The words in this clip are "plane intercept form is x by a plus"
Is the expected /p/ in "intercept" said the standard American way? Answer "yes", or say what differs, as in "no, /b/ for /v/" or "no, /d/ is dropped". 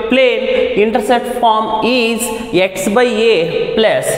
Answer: no, /p/ is dropped